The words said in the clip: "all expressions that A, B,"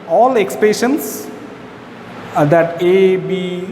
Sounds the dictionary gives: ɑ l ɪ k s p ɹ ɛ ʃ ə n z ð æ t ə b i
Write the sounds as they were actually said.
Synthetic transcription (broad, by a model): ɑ l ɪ k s p ɛ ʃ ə n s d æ t ə b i